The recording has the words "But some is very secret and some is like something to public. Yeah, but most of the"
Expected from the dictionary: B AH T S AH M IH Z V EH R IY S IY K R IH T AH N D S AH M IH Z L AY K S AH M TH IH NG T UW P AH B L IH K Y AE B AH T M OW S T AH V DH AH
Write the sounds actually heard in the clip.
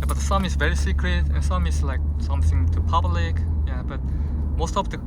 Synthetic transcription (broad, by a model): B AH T S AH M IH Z V EH R IY S IY K R IH T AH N S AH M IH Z L AY K S AH M TH IH NG T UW P AH B L IH K Y AE B AH T M OW S T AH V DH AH